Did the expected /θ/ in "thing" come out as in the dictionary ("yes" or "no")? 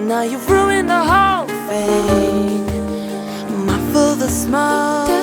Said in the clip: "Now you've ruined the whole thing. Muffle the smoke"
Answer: no